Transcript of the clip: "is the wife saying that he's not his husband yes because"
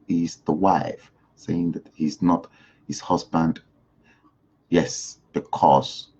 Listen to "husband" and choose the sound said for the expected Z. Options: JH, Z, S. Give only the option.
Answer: Z